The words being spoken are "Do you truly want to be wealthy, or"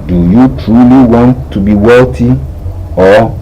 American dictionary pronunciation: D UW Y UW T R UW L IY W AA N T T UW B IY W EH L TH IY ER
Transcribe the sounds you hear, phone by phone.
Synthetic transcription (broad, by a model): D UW Y UW T R UW L IY W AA N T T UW B IY W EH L T IY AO